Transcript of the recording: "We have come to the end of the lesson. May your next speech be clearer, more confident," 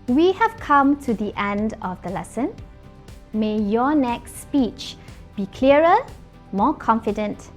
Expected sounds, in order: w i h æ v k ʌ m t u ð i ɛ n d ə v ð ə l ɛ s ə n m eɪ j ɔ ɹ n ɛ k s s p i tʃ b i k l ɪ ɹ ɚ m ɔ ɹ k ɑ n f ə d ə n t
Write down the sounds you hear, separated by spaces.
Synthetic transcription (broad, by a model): w i h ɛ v k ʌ m t u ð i ɛ n d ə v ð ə l ɛ s ə n m eɪ j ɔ n ɛ k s s p i tʃ b i k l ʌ ɹ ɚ m ɔ k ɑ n f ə d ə n t